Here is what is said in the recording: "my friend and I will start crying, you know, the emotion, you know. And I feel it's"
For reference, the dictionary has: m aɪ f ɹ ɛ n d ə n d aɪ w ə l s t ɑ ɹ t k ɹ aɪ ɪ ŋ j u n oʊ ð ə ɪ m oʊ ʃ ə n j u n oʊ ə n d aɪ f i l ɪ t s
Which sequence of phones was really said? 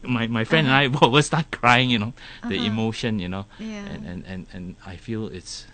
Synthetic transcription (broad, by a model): m aɪ f ɹ ɛ n d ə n aɪ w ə w s t ɑ t k ɹ aɪ ɪ ŋ j u n oʊ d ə ɪ m oʊ ʃ ə n j u n oʊ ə n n aɪ f i l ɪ t s